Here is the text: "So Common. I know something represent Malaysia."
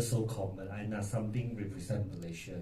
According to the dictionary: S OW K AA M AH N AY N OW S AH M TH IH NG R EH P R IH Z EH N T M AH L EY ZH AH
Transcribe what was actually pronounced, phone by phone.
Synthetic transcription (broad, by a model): S OW K AA M AH N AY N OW S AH M T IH NG R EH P R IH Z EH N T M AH L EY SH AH